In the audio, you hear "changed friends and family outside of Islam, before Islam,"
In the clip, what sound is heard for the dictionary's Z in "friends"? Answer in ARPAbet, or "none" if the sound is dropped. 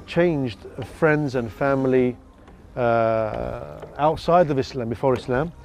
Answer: Z